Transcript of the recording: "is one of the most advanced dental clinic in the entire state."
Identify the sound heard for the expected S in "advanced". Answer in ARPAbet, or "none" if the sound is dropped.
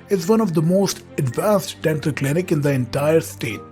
S